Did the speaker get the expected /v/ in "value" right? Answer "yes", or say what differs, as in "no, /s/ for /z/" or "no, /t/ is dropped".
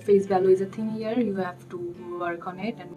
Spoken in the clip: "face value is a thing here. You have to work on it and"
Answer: no, /b/ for /v/